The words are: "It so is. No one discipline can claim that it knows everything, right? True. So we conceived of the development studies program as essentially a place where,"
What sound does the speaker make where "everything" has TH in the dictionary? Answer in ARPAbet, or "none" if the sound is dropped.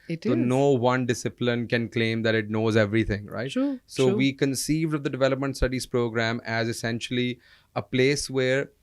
T